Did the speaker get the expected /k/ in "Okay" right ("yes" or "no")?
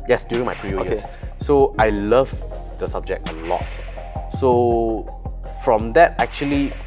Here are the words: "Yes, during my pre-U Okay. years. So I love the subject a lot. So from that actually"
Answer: no